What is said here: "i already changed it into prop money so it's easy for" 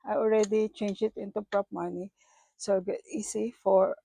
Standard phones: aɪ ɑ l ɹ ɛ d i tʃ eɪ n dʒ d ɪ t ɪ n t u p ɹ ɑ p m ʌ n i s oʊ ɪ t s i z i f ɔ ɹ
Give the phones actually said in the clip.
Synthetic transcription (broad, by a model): aɪ ɑ l ɹ ɛ d i tʃ eɪ n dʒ ɪ t ɪ n t u p ɹ ɑ p m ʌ n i s oʊ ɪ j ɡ i s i f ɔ ɹ